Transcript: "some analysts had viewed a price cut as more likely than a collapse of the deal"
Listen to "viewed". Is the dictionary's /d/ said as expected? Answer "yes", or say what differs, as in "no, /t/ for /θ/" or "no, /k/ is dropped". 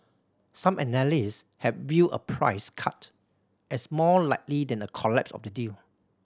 no, /d/ is dropped